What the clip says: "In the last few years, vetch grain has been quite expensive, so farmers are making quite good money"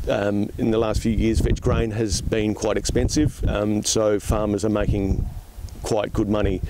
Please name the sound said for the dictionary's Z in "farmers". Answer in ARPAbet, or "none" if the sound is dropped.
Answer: Z